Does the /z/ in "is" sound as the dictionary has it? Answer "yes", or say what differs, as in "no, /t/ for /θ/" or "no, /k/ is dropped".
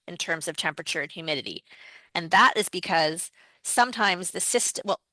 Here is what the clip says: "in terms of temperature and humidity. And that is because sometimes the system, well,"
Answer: yes